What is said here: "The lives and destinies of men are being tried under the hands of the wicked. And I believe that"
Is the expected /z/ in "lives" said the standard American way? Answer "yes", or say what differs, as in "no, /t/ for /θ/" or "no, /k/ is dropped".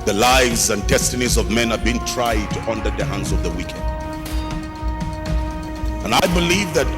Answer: yes